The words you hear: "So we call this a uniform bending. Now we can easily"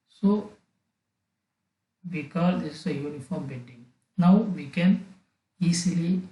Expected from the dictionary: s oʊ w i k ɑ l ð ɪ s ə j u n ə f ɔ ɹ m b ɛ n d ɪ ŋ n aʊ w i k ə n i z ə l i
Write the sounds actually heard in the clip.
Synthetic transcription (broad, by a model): s oʊ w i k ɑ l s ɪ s ə j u n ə f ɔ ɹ m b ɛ d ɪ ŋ n aʊ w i k ə n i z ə l i